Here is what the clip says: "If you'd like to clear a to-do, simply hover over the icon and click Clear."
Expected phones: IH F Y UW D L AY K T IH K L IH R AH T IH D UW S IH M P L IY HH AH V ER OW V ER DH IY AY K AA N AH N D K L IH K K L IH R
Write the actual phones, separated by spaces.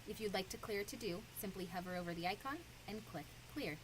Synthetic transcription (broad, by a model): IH F Y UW D L AY K T IH K L IH R T IH D UW S IH M P L IY HH AH V ER OW V ER DH IY AY K AA N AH N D K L IH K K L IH R